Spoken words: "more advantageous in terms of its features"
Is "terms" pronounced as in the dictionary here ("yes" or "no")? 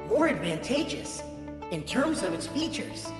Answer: yes